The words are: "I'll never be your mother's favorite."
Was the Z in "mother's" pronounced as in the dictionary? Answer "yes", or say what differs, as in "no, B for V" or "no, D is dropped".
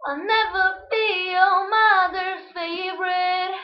no, Z is dropped